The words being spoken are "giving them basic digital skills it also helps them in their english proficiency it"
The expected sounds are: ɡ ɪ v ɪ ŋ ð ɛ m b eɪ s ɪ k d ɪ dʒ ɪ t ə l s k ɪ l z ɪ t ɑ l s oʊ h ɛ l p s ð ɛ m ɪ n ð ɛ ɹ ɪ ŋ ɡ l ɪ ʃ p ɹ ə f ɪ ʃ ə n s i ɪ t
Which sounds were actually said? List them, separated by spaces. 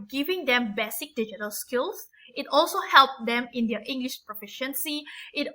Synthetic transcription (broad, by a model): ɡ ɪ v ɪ ŋ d ɛ m b eɪ s ɪ k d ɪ dʒ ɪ t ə l s k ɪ l s ɪ t ɑ l s oʊ h ɛ l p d ɛ m ɪ n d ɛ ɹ ɪ ŋ ɡ l ɪ ʃ p ɹ ə f ɪ ʃ ə n s i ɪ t